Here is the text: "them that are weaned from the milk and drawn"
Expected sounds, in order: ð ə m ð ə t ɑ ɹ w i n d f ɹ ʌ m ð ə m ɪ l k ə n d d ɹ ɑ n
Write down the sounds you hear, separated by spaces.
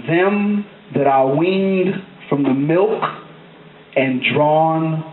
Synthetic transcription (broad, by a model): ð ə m ð ə t ɑ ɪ w i n d f ɹ ʌ m ð ə m ɪ l k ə n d d ɹ ɑ n